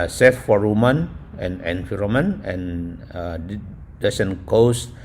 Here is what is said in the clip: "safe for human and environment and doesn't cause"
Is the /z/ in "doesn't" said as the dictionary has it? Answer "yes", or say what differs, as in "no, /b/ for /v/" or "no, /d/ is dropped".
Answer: no, /s/ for /z/